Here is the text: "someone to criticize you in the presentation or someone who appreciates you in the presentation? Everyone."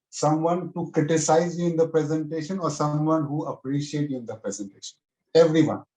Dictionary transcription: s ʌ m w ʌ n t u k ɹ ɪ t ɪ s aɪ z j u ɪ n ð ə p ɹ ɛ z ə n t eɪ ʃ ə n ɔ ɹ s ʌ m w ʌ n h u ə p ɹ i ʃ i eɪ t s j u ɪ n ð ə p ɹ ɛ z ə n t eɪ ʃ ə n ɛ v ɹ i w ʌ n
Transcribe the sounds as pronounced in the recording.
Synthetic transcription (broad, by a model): s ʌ m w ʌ n t u k ɹ ɪ t ɪ s aɪ z j u ɪ n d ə p ɹ ɛ z ə n t eɪ ʃ ə n ɔ ɹ s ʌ m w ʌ n h u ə p ɹ i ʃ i eɪ t j u ɪ n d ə p ɹ ɛ z ə n t eɪ ʃ ə n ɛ v ɹ i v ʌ n